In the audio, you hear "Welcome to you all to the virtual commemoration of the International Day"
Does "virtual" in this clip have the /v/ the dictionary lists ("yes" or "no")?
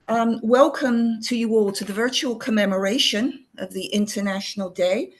yes